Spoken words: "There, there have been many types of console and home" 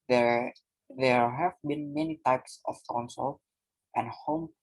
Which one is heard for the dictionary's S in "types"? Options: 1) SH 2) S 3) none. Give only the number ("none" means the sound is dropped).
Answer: 2